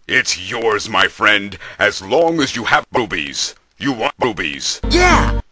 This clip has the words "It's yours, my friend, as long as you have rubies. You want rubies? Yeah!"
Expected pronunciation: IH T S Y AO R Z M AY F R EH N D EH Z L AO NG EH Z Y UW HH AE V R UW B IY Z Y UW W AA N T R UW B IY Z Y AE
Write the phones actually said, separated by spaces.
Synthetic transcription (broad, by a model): IH T S Y AO R Z M AY F R EH N D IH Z L AO NG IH Z Y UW HH AE V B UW B IY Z Y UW W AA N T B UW B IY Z Y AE